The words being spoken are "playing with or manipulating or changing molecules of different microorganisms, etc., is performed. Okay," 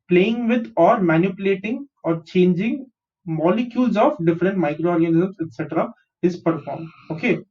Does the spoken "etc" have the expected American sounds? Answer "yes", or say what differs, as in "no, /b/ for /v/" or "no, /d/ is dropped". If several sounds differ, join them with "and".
yes